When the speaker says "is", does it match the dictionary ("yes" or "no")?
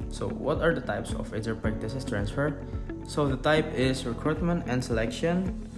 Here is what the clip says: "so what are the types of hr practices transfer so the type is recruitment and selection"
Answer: no